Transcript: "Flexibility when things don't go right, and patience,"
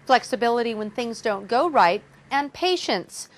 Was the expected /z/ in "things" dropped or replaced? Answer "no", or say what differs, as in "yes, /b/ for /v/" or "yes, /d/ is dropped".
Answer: no